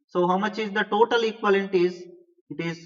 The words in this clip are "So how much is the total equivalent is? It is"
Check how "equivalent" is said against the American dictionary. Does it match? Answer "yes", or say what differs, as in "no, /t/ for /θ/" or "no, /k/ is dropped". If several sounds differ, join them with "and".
no, /n/ is dropped